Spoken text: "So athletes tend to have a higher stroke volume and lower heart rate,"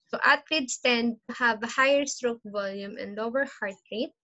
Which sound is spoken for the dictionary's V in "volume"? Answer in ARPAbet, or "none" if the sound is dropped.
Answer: V